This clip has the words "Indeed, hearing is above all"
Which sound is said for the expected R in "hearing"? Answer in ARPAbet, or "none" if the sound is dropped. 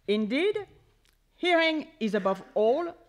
R